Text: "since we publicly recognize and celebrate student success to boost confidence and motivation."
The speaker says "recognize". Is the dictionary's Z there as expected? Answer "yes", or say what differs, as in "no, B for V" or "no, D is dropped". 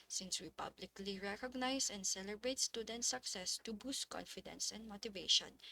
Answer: no, S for Z